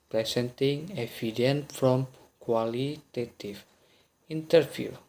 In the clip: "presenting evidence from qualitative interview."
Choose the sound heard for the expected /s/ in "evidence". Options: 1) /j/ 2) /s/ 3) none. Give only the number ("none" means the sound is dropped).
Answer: 3